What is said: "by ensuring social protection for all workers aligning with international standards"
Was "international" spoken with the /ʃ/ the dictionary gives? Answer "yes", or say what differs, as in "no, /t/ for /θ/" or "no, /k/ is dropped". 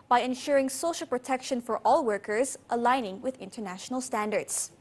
yes